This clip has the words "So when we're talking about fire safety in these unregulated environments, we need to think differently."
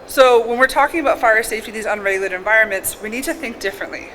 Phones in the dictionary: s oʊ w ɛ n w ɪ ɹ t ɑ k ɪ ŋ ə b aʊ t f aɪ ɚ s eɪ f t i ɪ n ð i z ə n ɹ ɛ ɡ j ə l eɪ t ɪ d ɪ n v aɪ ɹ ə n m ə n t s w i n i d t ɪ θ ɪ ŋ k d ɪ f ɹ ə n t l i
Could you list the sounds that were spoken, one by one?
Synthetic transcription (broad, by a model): s oʊ w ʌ n w ɪ ɹ t ɑ k ɪ ŋ ə b aʊ t f aɪ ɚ s eɪ f t i ð i z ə n ɹ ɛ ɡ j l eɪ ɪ d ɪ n v aɪ ɹ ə n m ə n t s w i n i d t ɪ θ ɪ ŋ k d ɪ f ɹ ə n t l i